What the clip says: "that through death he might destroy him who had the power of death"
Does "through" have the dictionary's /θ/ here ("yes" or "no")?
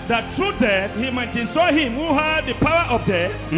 no